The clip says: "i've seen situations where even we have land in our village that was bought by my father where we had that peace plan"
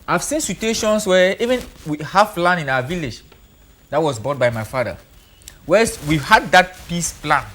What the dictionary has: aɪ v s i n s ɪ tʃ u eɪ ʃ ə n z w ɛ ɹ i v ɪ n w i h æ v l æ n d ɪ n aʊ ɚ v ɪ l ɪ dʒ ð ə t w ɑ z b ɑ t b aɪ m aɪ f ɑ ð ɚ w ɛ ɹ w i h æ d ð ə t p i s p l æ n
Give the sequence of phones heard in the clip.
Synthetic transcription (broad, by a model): aɪ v s i n s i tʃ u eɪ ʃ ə n s w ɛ i v ɪ n w i h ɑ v l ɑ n ɪ n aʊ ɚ v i l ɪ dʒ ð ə t w ɑ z b ɑ t b aɪ m aɪ f ɑ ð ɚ w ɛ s w i h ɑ d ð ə t p i s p l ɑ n